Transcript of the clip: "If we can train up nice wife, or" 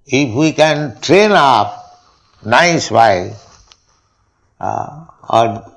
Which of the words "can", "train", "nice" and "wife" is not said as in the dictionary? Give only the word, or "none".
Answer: wife